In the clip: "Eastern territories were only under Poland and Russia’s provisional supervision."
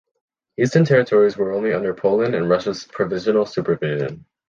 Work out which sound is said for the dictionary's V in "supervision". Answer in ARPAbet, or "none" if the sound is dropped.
V